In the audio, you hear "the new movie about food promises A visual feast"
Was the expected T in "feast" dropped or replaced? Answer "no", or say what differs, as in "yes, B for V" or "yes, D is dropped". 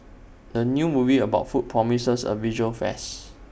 yes, T is dropped